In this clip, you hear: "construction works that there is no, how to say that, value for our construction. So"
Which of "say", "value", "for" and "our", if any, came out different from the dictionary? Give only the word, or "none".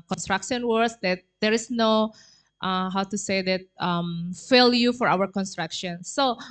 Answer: value